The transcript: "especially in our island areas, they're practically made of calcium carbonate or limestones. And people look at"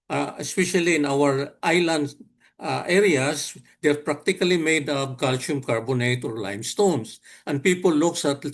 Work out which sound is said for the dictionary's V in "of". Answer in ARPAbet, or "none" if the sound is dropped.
P